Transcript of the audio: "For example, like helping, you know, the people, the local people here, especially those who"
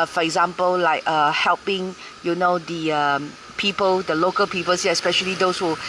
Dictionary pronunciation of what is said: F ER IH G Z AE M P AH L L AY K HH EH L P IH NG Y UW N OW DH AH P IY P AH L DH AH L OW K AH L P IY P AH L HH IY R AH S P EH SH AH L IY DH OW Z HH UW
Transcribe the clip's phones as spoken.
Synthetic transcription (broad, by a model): F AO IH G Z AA M P AH L L AY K HH EH L P IH NG Y UW N OW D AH P IY P AH L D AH L OW K AH L P IY P AH L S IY AH S P EH SH AH L IY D OW S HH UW